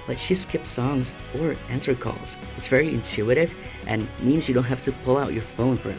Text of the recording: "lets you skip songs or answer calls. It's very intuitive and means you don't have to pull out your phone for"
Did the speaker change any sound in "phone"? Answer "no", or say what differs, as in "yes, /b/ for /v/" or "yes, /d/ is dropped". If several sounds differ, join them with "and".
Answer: no